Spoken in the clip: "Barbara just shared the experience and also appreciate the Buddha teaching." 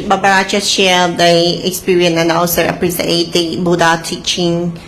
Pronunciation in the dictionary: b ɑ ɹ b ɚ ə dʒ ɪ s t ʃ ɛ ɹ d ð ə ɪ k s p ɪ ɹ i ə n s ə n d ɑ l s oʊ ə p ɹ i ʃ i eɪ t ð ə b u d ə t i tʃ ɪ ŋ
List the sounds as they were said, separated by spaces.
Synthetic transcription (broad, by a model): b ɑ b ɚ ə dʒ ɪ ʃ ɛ l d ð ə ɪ k s p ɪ ɹ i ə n ə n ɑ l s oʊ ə p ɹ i s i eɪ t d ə b u d ə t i tʃ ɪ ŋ